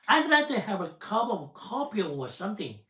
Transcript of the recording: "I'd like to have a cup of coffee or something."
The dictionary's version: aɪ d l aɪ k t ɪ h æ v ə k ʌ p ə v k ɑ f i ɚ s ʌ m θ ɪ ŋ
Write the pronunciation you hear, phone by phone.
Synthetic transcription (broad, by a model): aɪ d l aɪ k t ɪ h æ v ə k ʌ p ə v k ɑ p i ɚ s ʌ m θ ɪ ŋ